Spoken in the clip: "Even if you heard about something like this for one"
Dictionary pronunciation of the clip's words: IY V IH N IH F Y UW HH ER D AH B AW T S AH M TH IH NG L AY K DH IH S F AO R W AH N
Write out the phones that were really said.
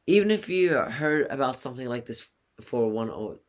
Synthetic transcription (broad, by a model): IY V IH N IH F Y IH HH ER D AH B AW T S AH M TH IH NG L AY K DH IH S F AO R W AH N